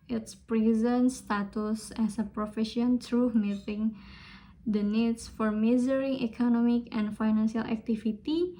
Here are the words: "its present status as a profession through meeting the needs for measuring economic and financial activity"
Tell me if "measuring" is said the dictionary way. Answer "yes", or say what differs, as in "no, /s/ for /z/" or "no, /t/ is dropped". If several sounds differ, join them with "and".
no, /z/ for /ʒ/